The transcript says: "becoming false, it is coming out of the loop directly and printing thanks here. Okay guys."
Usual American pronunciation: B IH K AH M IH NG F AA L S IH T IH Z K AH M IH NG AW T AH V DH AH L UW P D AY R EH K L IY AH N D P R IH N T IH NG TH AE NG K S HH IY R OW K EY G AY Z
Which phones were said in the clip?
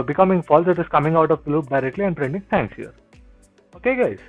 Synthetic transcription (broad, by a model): B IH K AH M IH NG F AA L S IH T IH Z K AH M IH NG AW T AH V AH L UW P D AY R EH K L IY AH N D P R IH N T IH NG T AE NG K S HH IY R OW K EY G AY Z